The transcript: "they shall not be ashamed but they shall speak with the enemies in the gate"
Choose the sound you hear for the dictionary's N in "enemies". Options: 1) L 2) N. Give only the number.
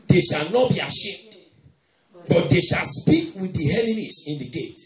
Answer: 1